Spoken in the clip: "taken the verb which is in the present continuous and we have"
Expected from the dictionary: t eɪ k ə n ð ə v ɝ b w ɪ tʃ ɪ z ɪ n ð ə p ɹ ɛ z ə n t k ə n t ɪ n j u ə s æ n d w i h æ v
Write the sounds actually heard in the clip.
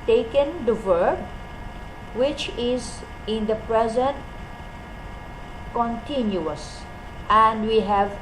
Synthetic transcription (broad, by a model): t eɪ k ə n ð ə v ɝ b w ɪ tʃ ɪ z ɪ n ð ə p ɹ ɛ z ə n t k ə n t ɪ n j u ə s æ n d w i h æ v